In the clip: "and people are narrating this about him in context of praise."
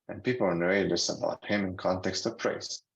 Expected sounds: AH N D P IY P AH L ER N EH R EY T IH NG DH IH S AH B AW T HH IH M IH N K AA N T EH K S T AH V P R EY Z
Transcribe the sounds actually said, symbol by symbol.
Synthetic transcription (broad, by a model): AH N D P IY P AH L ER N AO EY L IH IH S AH B AW T HH IH M IH N K AA N T EH K S T AH V P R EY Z